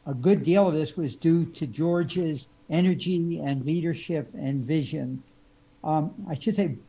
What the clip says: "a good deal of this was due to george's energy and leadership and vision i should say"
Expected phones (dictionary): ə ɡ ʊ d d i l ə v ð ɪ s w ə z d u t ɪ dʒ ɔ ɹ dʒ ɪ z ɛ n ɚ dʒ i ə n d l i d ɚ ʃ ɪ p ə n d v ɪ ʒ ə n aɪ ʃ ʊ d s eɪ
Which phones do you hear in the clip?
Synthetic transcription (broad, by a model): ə ɡ ʊ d d i l ə v ð ɪ s w ə z d u t ɪ dʒ ɔ ɹ dʒ ɪ z ɛ n ɚ dʒ i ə n l i d ɚ ʃ ɪ p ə n v ɪ ʒ ə n aɪ ʃ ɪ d s eɪ